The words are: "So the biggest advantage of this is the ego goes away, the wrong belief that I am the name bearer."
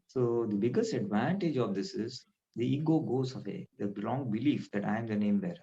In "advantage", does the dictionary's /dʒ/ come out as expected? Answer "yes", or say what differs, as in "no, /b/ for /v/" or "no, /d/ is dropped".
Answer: yes